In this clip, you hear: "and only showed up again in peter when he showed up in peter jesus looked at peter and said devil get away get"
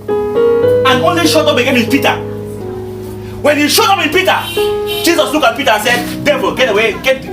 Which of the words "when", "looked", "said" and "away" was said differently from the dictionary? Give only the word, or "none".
looked